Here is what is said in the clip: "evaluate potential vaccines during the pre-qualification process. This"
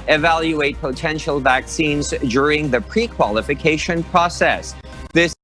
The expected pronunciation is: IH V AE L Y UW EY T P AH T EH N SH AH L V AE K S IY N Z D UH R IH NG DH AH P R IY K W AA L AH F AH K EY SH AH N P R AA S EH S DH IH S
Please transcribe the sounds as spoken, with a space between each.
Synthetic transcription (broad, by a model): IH V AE L Y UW EY T P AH T EH N SH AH L V AE K S IY N Z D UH R IH NG DH AH P R IY K W AA L AH F AH K EY SH AH N P R AA S EH S DH IH S